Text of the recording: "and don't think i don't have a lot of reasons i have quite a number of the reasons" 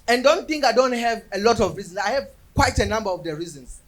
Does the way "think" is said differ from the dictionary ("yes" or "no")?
no